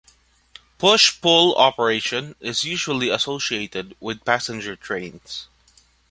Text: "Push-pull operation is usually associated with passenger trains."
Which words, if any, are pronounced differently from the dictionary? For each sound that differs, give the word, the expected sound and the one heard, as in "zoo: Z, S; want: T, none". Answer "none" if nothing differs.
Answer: trains: Z, S